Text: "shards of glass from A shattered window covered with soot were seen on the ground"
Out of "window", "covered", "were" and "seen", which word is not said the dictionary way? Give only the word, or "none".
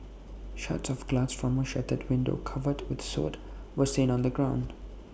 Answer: none